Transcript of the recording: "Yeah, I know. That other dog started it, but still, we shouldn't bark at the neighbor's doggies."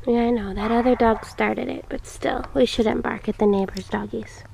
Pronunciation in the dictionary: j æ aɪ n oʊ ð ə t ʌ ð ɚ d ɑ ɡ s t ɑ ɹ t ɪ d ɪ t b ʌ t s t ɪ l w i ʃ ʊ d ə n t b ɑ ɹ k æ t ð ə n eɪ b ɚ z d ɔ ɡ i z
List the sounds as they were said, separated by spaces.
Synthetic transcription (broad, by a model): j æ aɪ n oʊ ð ə t ʌ ð ɚ d ɑ ɡ s t ɑ ɹ t ɪ d ɪ t b ʌ t s t ɪ l w i ʃ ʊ d n b ɑ ɹ k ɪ t ð ə n eɪ b ɚ z d ɔ ɡ i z